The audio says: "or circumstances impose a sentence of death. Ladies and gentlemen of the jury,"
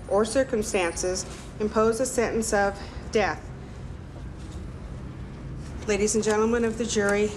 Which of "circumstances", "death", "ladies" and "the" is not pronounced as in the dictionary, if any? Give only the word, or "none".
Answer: none